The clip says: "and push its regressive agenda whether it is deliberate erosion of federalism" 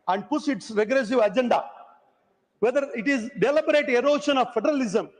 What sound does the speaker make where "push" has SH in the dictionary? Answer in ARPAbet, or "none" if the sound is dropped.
S